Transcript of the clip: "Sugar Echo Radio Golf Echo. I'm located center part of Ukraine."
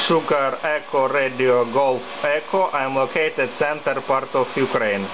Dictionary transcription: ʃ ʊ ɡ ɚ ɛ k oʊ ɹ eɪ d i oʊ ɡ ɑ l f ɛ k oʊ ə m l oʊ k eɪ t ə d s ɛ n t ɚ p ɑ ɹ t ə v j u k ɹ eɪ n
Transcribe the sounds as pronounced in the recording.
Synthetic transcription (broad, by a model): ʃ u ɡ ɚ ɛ k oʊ ɹ eɪ d i oʊ ɡ ɑ l f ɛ k oʊ ə m l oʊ k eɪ t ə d s ɛ n t ɚ p ɑ ɹ t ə f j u k ɹ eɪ n